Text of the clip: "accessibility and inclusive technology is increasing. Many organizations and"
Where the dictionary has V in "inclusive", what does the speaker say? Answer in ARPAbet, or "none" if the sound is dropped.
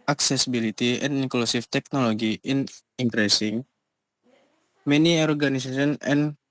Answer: F